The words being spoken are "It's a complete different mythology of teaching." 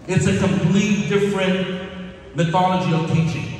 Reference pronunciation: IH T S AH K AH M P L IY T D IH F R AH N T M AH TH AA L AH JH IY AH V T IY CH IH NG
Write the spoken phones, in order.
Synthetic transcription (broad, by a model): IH T S AH K AH M P L IY T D IH F R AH N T M AH TH AA L AH JH IY AH V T IY CH IH NG